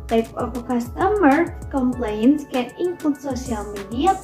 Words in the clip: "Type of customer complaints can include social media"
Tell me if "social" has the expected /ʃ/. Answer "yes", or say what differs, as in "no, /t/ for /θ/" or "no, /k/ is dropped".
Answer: no, /s/ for /ʃ/